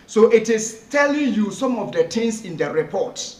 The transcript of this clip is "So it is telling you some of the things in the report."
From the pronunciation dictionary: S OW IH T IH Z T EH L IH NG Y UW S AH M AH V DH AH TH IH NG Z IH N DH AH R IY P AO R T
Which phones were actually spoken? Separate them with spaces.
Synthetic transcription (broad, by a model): S OW IH T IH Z T EH L IH NG Y UW S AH M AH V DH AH T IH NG S IH N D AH R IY P AO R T